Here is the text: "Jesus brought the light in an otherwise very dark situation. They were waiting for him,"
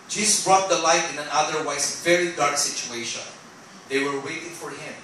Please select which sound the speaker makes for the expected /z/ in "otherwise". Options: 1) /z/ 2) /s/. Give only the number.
2